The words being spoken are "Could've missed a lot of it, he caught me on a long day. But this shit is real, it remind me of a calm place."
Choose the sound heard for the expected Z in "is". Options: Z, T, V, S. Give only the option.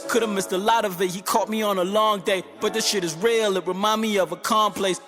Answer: Z